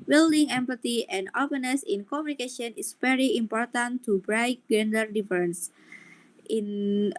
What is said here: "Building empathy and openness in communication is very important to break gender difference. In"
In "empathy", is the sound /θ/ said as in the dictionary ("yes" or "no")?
no